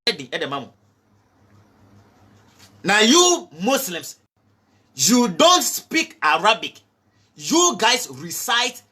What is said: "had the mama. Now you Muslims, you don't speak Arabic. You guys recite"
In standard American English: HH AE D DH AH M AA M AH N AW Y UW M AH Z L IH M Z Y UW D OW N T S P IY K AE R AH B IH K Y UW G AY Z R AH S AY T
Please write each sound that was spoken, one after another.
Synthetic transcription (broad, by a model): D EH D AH M AA M AH N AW Y UW M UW S L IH M S Y UW D OW N T S P IY K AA R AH B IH K Y UW G AY S R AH S AY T